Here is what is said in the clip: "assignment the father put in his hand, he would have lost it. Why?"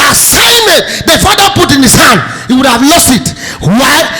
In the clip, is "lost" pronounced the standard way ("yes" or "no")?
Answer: yes